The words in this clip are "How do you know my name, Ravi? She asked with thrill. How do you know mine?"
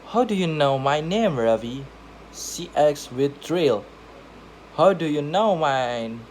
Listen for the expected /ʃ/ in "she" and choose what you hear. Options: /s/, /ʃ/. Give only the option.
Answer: /s/